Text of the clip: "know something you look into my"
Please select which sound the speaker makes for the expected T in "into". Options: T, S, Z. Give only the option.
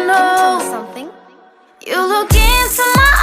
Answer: S